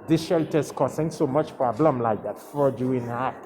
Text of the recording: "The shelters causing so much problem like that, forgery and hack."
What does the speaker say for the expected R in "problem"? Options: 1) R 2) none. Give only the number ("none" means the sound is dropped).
2